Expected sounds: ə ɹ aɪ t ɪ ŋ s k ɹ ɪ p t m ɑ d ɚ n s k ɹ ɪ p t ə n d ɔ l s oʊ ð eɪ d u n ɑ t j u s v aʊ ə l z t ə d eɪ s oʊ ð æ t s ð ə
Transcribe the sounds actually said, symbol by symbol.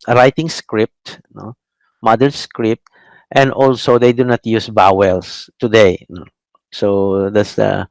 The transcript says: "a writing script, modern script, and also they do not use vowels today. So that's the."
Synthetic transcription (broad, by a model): ɹ aɪ t ɪ ŋ s k ɹ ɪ p t m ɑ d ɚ s k ɹ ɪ p t ə n d ɔ l s oʊ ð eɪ d u n ɑ t j u s b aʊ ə l s t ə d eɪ s oʊ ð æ t s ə